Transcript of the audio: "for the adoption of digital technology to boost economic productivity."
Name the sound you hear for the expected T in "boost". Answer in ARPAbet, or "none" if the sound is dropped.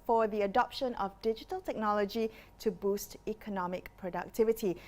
T